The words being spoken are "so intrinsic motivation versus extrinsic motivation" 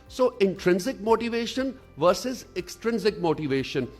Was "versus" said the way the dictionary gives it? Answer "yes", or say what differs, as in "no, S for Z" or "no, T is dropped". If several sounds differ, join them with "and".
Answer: yes